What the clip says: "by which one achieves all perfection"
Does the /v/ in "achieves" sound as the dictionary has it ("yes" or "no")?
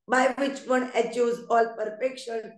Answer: no